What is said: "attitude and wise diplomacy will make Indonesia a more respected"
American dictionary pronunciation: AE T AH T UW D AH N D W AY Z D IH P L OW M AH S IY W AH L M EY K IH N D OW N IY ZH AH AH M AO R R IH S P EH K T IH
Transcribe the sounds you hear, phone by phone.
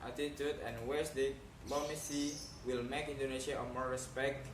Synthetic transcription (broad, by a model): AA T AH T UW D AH N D W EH S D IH L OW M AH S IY W AH L M EY K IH N D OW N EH SH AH AH M AO R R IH S P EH K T